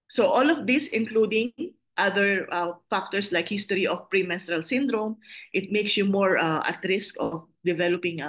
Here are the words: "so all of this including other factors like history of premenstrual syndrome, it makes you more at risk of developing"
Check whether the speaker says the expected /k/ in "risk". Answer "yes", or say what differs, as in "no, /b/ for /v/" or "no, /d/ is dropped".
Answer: yes